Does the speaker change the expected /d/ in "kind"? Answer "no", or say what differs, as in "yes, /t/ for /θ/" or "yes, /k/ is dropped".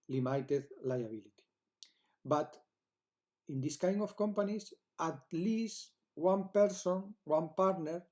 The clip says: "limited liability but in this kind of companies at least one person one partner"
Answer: yes, /d/ is dropped